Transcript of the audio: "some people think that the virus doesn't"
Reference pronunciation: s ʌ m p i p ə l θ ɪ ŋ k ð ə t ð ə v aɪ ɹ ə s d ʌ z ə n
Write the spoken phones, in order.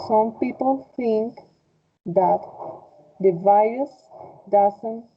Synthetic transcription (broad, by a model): s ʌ m p i p ə l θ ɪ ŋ k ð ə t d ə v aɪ ə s d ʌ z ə n